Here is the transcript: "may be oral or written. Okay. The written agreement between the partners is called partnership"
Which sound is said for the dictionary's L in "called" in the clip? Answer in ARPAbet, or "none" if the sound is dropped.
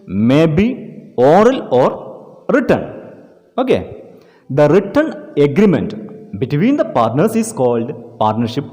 L